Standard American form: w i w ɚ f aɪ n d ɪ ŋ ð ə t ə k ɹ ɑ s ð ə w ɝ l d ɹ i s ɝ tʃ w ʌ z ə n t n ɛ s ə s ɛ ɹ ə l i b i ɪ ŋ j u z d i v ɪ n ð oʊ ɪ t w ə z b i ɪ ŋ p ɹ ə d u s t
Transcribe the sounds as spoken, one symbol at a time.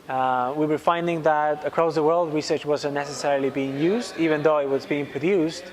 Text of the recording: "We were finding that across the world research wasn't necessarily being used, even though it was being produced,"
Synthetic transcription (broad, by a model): w i w ɚ f aɪ n d ɪ ŋ ð ə t ə k ɹ ɑ s ð ə w ɝ l d ɹ i s ɝ tʃ w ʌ z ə n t n ɛ s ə s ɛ ɹ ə l i b i ɪ ŋ j u z d i v ɪ n ð oʊ ɪ t w ə z b i ɪ ŋ p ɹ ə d u s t